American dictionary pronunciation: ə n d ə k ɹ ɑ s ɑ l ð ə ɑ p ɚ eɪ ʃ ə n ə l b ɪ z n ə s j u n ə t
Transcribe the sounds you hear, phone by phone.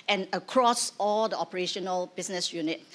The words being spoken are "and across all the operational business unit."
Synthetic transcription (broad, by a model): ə n ə k ɹ ɑ s ɑ l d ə ɑ p ɚ eɪ ʃ ə n ə l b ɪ s n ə s j u n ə t